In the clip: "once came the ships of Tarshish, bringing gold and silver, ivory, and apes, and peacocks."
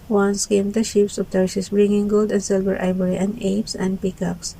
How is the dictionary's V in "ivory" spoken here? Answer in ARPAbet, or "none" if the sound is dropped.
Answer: B